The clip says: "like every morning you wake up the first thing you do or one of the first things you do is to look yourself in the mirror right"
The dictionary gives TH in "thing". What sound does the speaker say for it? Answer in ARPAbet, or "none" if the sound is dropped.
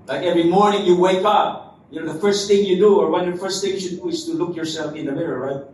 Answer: TH